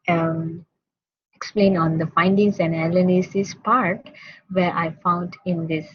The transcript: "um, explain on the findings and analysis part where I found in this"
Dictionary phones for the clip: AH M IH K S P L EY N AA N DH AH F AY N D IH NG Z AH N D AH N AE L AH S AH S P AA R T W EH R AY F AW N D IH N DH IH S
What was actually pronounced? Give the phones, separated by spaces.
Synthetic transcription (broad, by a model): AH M IH K S P L EY N AA N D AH F AY N D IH NG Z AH N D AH L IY N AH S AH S P AA R T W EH R AY F AW N D IH N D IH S